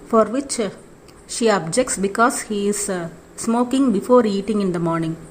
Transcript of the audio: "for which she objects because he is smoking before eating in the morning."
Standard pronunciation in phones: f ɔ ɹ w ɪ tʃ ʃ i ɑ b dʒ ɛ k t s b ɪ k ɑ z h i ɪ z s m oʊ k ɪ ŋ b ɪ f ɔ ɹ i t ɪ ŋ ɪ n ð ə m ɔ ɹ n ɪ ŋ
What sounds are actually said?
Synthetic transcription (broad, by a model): f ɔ ɹ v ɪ tʃ ʃ i ɑ b dʒ ɛ k t s b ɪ k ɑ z h i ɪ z s m oʊ k ɪ ŋ b ɪ f ɔ ɹ i t ɪ ŋ ɪ n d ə m ɔ ɹ n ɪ ŋ